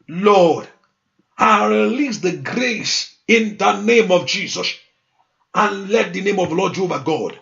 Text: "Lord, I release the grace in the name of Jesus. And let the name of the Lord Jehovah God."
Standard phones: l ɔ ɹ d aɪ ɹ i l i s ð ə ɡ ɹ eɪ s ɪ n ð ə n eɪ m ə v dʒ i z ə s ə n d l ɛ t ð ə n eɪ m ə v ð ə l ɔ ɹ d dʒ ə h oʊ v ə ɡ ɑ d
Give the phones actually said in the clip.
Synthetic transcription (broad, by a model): l ɔ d aɪ ɹ i l i s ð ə ɡ ɹ eɪ s ɪ n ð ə n eɪ m ə v dʒ i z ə s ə n l ɛ t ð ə n eɪ m ə v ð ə l ɔ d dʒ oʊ b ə ɡ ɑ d